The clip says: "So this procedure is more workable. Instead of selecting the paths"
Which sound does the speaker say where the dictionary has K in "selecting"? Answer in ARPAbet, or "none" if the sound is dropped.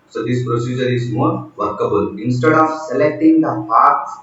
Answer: K